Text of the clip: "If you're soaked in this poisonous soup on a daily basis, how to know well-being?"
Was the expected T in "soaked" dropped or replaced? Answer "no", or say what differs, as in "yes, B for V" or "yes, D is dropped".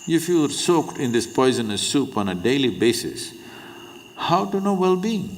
no